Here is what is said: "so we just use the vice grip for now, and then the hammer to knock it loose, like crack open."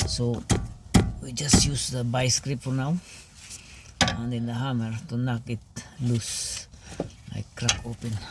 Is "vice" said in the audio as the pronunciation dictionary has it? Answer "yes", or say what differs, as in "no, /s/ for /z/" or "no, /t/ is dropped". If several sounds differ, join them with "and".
no, /b/ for /v/